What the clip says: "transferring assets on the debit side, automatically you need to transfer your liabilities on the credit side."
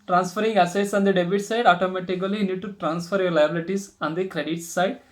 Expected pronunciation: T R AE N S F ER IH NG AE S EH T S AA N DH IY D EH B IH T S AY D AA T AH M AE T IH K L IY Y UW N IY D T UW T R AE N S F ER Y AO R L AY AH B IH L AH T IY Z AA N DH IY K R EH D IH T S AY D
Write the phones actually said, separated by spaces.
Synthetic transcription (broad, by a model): T R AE N S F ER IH NG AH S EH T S AA N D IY D EH B IH T S AY D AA T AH M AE T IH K IY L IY N IY D T UW T R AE N S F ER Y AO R L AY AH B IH L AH T IY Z AA N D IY K R EH D IH T S AY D